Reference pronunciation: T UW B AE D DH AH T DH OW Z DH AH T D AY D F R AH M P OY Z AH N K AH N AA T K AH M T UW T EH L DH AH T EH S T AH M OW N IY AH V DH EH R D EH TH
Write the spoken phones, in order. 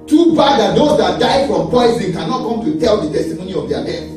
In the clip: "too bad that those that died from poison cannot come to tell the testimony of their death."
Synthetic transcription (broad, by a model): T UW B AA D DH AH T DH OW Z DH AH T D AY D F R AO M P OY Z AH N K AH N AA T K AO M T UW T EH L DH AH T EH S T AH M OW N IY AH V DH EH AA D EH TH